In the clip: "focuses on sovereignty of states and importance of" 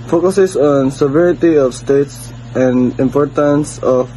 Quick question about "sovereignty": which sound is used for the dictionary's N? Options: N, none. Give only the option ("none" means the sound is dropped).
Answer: none